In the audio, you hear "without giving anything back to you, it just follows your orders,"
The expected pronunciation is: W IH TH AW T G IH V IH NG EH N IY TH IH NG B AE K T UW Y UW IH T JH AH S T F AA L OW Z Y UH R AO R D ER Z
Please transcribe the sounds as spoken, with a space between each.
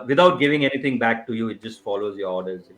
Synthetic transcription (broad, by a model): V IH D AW T G IH V IH NG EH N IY T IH NG B AE K T UW Y UW IH T JH AH S T F AA L OW Z Y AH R AO R D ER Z